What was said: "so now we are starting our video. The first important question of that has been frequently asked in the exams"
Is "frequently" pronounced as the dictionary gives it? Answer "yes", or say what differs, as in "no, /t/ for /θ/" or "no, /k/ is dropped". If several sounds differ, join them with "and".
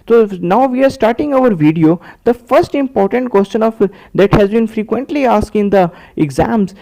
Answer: yes